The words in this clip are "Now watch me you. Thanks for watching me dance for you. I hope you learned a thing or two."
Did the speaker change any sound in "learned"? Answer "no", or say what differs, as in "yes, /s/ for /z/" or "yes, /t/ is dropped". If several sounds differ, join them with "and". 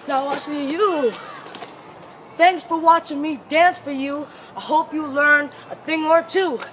yes, /d/ is dropped